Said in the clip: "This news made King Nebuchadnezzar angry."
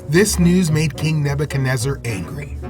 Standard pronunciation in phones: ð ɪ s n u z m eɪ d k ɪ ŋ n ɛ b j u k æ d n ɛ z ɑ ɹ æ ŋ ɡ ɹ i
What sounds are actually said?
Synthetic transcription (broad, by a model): ð ɪ s n u z m eɪ d k ɪ ŋ n ɛ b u k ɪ n ɛ z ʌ ɹ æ ŋ ɡ ɹ i